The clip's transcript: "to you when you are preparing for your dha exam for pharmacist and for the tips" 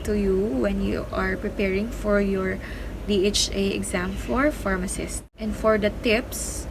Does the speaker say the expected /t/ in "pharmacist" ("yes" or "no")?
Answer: yes